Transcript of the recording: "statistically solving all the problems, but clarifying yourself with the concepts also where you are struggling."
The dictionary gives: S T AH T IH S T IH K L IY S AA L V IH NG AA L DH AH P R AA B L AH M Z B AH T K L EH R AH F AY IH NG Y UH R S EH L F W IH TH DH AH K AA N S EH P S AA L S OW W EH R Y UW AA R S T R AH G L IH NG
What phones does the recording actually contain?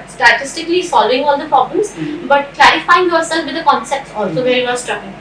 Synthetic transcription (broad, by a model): S T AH T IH S T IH K L IY S AA L V IH NG AA L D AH P R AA B L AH M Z B AH T K L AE R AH F AY IH NG Y UH R S EH L F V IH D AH K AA N S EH P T AA L S OW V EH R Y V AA L S T R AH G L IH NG